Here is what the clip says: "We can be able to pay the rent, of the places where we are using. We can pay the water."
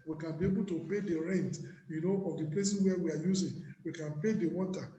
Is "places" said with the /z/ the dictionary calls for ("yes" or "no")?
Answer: no